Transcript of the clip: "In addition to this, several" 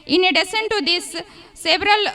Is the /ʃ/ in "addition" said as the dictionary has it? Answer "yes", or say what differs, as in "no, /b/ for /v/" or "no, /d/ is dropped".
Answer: no, /s/ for /ʃ/